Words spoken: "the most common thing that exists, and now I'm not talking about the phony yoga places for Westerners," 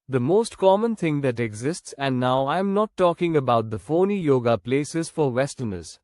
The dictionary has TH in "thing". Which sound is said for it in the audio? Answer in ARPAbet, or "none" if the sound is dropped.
T